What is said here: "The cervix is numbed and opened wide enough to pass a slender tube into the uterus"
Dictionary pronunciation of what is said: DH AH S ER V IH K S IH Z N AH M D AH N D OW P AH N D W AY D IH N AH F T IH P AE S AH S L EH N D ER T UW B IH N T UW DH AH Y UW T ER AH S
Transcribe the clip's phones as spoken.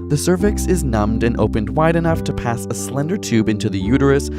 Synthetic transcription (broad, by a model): DH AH S ER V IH K S IH Z N AH M D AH N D OW P AH N D W AY D IH N AH F T IH P AE S AH S L EH N D ER T UW B IH N T UW DH AH Y UW T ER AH S